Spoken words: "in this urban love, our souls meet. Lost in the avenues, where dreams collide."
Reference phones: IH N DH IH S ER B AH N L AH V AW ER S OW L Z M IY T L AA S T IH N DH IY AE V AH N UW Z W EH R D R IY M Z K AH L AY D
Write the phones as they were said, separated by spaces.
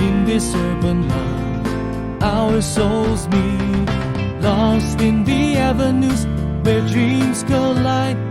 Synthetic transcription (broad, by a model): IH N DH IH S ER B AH N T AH AW ER S OW L Z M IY L AA S T IH N DH IY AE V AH N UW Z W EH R D R IY M Z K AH L AY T